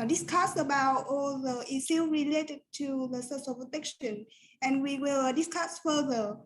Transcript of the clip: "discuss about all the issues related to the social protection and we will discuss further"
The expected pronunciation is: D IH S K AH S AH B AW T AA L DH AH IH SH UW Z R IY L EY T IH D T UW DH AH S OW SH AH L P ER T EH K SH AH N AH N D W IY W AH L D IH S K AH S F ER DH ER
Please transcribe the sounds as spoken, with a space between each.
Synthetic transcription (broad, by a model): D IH S K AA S AH B AW T AA L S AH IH S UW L R IY L EY T IH D T UW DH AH S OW S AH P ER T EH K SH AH N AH N W IY W AH L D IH S K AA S F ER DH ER